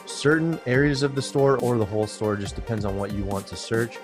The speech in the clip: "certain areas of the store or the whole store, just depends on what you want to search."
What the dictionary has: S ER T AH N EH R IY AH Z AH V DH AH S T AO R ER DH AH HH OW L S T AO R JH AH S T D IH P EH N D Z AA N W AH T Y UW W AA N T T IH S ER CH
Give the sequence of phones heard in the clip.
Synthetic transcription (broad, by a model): S ER T N EH R IY AH Z AH V DH AH S T AO R ER DH AH HH OW L S T AO R JH AH S D IH P EH N D Z N W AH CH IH W AA N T T IH S ER CH